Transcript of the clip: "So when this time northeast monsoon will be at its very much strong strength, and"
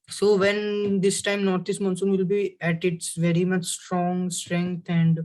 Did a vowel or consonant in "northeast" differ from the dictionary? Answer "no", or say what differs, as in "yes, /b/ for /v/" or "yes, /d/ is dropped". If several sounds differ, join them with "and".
yes, /t/ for /θ/